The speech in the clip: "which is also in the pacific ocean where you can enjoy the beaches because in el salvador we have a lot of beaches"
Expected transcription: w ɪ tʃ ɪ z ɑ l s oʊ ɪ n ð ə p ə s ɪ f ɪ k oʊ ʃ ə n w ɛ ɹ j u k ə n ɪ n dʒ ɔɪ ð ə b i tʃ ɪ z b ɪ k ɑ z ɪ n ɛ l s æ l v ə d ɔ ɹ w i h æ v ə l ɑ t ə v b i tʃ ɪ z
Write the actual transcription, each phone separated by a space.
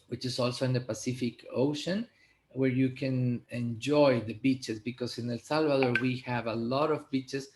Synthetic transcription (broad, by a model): w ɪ tʃ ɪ s ɑ l s oʊ ɪ n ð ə p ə s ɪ f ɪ k oʊ ʃ ə n w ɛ ɹ j u k ə n ɪ n dʒ ɔɪ ð ə b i tʃ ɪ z b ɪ k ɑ s ɪ n ɛ l s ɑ l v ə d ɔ ɹ w i h æ v ə l ɑ t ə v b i tʃ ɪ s